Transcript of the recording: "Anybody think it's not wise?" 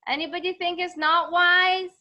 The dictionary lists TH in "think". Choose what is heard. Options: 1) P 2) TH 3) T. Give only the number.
2